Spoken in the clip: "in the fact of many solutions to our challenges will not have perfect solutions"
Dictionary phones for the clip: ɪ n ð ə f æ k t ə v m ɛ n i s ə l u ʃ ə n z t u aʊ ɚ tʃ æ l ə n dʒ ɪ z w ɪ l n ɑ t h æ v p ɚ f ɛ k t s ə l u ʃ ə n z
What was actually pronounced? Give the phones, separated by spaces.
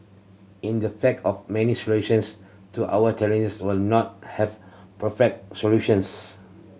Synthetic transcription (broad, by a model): ɪ n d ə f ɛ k ə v m ɛ n i s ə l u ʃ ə n s t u aʊ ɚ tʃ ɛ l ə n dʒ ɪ s w ɪ l n ɑ t h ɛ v p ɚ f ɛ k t s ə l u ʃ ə n s